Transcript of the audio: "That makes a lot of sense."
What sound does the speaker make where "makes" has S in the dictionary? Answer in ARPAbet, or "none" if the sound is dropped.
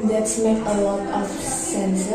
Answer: none